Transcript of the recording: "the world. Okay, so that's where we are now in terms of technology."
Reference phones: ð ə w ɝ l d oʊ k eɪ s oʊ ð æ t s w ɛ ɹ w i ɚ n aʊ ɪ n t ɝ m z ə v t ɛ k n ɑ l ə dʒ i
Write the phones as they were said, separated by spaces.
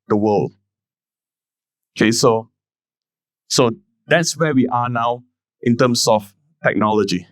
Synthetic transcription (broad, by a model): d ə w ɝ l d oʊ k eɪ s oʊ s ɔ t s w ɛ w i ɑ n aʊ ɪ n t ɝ m s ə f t ɛ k n ɑ l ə dʒ i